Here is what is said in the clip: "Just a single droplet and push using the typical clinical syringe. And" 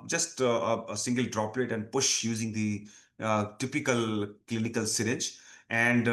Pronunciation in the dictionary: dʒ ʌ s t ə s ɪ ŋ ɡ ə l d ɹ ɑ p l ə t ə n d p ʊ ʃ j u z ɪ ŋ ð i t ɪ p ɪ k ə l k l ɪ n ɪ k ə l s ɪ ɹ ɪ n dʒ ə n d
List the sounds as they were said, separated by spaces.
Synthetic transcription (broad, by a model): dʒ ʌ s t ə s ɪ ŋ ɡ ə l d ɹ ɑ p l ə t ə n d p ʊ ʃ j u z ɪ ŋ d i t ɪ p ɪ k ə l k l ɪ n ɪ k ə l s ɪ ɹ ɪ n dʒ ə n d